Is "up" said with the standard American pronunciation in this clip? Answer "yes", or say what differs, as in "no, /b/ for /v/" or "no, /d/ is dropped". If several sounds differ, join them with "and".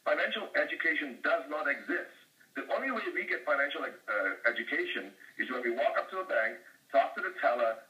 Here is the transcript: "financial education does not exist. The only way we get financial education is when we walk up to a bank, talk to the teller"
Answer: yes